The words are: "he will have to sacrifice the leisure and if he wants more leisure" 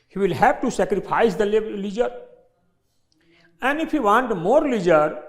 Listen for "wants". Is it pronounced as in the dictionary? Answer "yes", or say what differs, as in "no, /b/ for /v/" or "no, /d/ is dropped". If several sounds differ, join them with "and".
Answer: no, /s/ is dropped